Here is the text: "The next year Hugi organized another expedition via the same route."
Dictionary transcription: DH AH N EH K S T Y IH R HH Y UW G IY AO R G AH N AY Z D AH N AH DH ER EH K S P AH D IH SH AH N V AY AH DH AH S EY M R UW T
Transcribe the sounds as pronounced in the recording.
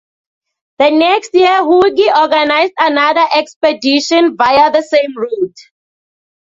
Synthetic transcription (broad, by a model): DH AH N EH K S T Y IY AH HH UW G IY AO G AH N AY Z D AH N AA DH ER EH K S P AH D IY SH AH N V AY AH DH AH S EY M R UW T